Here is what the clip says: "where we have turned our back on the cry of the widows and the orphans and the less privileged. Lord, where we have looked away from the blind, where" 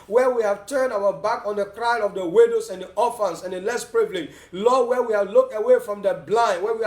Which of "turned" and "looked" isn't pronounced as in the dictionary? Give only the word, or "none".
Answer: none